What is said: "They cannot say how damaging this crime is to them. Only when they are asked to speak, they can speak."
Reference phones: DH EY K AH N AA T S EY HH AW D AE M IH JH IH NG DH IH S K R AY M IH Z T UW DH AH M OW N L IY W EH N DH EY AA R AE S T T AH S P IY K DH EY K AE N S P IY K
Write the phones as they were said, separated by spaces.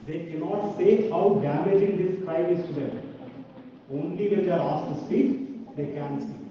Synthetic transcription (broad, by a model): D EY K AH N AA T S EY HH AW D AE M IH JH IH NG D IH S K R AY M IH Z T UW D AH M OW N L IY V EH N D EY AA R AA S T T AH S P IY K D EY K AE N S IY